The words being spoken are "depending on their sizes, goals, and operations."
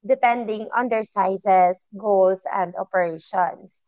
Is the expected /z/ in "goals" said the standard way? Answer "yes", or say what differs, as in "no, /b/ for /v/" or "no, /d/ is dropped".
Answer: no, /s/ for /z/